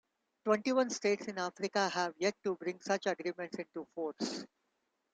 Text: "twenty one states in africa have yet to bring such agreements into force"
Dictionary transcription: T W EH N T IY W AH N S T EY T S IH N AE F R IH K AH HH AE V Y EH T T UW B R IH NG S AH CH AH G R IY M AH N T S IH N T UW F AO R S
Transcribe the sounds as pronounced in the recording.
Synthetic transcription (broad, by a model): T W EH N T IY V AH N S T EY T S IH N AE F R IH K AH HH AE V Y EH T T UW B R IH NG S AH CH AH G R IY M AH N T S IH N T UW F AO R S